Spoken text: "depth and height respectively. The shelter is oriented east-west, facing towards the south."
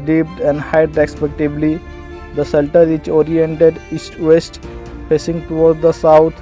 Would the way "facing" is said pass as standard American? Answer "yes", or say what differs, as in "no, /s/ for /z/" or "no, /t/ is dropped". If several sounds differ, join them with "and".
no, /p/ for /f/